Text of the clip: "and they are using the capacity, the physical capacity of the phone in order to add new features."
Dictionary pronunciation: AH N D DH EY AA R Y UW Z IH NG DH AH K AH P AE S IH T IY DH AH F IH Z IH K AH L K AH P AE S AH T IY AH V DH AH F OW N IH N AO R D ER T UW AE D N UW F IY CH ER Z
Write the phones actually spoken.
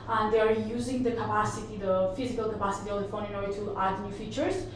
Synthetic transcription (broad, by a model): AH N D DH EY AA R Y UW Z IH NG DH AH K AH P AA S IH T IY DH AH F IH Z IH K AH L K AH P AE S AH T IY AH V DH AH F OW N IH N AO R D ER T UW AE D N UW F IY CH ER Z